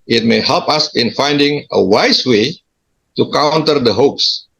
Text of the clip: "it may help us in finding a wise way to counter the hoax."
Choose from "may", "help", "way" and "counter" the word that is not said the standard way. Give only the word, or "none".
none